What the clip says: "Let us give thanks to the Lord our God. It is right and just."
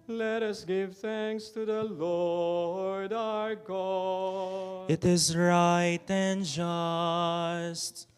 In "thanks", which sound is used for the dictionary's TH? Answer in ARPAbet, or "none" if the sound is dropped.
TH